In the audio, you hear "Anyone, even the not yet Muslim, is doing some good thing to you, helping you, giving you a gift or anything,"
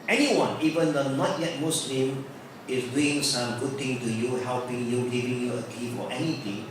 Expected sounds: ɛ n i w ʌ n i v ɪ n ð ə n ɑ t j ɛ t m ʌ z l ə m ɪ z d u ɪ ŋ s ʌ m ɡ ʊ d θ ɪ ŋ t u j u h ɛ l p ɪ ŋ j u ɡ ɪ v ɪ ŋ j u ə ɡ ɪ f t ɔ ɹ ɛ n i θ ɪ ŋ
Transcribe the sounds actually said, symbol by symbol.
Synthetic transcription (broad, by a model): ɛ n i w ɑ n i v ɪ n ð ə n ɑ t j ɛ t m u s l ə m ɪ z d u ɪ ŋ s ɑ m ɡ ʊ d t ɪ ŋ t u j u h ɛ l p ɪ ŋ j u ɡ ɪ v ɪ ŋ j u ə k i f ɔ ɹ ɛ n i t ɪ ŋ